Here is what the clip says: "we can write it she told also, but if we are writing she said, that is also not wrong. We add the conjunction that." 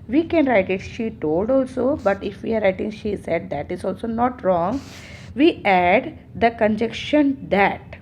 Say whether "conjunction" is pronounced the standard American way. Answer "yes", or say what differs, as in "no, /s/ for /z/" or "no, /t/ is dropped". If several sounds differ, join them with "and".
no, /ŋ/ is dropped